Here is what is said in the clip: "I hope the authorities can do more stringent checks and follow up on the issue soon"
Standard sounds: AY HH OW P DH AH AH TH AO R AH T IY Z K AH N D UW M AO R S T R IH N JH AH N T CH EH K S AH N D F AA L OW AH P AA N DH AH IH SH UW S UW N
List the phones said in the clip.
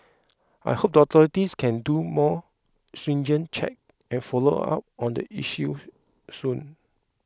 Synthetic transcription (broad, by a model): AY HH OW P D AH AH T AO R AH T IY S K AH N D UW M AO S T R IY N JH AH N CH EH K AH N F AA L OW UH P AA N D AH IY SH UW S UW N